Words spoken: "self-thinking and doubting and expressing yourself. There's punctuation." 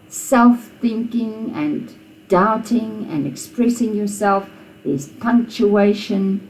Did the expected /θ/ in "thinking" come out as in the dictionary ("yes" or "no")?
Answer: yes